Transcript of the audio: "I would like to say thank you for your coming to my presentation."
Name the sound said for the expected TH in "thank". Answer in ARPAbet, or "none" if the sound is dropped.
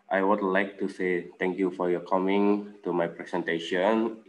T